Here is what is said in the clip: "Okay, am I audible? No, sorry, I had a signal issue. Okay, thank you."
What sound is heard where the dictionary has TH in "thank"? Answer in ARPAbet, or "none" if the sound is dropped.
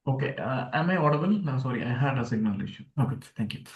T